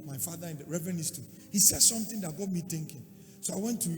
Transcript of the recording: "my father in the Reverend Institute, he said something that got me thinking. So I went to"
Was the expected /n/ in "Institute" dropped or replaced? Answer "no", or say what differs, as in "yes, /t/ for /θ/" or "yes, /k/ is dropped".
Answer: yes, /n/ is dropped